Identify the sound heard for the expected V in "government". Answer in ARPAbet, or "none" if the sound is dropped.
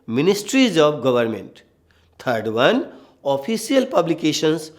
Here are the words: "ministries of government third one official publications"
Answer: B